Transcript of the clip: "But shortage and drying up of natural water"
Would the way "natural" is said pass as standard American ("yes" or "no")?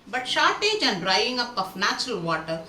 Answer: yes